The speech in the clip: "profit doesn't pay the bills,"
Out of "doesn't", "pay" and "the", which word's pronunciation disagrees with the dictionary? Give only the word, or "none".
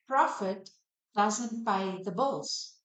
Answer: pay